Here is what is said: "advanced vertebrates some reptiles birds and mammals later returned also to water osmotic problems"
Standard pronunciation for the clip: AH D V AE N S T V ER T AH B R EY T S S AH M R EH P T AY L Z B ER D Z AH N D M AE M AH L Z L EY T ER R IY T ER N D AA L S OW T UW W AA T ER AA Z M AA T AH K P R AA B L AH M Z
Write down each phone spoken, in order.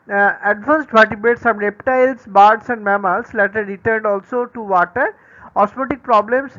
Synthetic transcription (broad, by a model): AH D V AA N S T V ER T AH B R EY T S S AH M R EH P T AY L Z B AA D S AH N D M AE M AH L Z L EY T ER R IY T ER N D AA L S OW T UW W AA T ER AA S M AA T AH K P R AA B L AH M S